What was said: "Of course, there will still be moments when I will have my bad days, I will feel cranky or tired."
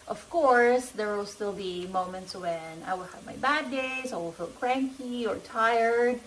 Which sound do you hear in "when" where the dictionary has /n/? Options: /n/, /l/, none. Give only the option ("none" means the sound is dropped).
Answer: /n/